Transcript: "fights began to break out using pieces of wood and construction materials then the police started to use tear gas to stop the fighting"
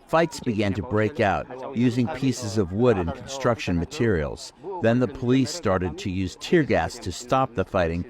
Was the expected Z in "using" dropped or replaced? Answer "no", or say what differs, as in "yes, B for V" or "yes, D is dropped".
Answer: no